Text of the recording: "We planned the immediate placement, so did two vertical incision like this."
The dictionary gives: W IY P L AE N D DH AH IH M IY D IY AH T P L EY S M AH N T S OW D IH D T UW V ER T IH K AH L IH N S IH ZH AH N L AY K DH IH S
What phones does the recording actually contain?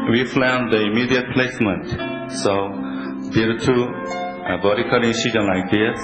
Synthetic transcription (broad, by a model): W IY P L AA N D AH IH M IY D IY AH T P L EY S M AH N T S OW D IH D T UW B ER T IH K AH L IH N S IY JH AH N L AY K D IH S